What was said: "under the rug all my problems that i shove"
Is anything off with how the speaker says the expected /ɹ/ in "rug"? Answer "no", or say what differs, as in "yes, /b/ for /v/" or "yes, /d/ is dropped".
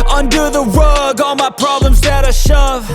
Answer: yes, /w/ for /ɹ/